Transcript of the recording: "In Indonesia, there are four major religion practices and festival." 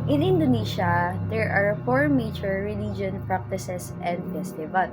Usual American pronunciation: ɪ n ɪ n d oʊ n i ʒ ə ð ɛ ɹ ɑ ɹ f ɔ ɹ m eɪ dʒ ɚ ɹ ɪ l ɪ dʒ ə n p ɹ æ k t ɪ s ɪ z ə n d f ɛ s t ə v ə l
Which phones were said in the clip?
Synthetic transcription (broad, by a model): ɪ n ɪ n d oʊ n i ʃ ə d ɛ ɹ ɑ ɹ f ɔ ɹ m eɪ tʃ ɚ ɹ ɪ l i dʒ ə n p ɹ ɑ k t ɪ s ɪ s ə n d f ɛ s t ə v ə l